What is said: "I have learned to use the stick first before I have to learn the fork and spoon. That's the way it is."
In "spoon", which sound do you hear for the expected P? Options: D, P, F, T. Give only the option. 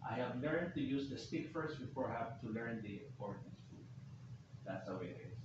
F